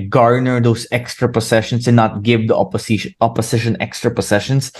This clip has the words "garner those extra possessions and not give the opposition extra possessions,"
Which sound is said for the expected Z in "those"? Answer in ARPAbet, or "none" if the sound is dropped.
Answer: S